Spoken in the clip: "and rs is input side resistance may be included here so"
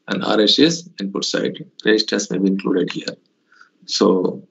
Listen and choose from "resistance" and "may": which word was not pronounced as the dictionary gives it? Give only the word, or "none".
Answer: resistance